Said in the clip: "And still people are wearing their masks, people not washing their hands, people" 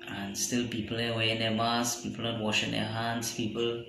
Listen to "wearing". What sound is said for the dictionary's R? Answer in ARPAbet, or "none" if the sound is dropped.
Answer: none